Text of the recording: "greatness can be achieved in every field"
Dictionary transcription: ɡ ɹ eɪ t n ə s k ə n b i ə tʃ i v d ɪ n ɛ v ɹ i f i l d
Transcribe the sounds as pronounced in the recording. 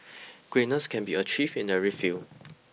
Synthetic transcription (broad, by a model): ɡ ɹ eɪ n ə s k ə n b i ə tʃ i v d ɪ n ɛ ɹ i f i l